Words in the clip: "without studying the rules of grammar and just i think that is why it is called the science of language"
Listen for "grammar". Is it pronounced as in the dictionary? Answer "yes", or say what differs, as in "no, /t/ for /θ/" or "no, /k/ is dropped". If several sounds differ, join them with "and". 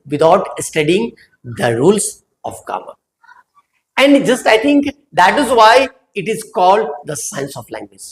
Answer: no, /ɹ/ is dropped